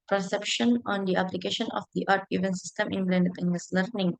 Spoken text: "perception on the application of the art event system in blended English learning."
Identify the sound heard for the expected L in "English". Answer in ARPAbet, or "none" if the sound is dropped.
none